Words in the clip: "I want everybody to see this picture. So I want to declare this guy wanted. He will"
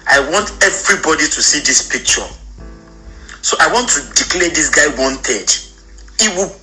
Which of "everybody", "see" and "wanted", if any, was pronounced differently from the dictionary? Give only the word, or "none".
none